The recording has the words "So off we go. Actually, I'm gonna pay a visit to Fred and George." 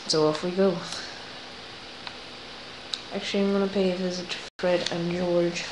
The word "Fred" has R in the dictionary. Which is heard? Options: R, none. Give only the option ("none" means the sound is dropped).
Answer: R